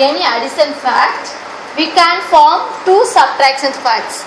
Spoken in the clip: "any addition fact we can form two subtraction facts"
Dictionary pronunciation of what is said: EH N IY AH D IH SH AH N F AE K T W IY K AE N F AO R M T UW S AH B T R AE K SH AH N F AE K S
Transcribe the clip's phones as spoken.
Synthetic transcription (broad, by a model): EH N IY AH D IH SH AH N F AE K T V IY K AE N F AO R M T UW S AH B T R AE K S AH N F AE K S